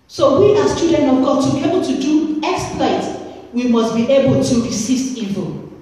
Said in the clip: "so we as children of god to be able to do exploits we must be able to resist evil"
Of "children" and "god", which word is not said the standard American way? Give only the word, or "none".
children